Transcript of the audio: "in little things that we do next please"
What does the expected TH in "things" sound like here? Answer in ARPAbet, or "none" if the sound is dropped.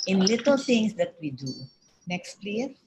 T